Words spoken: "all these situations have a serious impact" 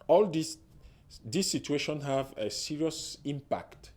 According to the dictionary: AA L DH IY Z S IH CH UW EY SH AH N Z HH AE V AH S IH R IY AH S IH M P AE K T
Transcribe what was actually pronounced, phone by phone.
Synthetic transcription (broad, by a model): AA L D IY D S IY CH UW EY SH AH N HH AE V AH S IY R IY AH S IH M P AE K T